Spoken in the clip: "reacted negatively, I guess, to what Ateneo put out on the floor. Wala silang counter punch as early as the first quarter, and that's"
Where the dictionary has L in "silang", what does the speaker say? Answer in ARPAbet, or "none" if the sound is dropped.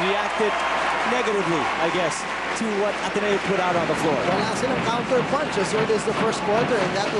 N